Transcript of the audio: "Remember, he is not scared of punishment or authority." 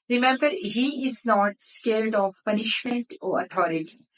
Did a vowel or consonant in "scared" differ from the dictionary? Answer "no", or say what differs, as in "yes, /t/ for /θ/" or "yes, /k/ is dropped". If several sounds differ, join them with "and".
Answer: yes, /l/ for /ɹ/